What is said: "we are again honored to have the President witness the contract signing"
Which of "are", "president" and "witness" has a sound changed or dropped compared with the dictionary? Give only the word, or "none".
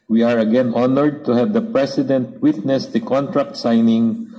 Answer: president